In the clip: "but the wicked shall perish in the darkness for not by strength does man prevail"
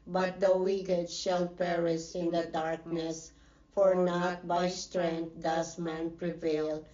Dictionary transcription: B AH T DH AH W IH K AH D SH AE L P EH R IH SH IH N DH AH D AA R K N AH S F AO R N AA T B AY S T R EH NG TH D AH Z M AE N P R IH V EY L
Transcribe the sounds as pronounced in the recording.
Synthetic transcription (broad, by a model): B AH T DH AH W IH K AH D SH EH L P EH R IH S IH N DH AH D AA R K N AH S F AO R N AA T B AY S T R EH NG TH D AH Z M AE N P R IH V EY L